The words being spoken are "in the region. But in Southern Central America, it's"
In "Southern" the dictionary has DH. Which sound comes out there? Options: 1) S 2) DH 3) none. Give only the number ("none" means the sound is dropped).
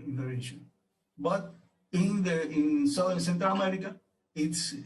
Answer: 3